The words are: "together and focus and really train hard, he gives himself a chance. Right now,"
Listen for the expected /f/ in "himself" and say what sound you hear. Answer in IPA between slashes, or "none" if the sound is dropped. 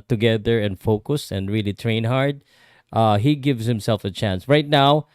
/f/